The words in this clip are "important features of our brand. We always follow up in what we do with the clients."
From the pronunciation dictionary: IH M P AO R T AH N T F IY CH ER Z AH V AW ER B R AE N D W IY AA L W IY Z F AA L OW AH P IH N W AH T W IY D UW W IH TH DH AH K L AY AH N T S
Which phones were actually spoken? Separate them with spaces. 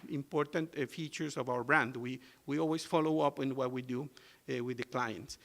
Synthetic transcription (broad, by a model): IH M P AO R T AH N T F IY CH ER S AH V AW ER B R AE N D W IY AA L W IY S F AA L OW AH P IH N W AH T W IY D UW W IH DH AH K L AY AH N T S